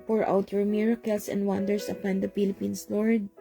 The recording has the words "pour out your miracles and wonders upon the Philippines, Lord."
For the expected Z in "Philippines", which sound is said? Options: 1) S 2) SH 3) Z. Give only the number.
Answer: 1